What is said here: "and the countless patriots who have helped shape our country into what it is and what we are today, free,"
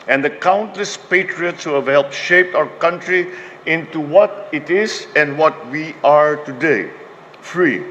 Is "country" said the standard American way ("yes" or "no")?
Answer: yes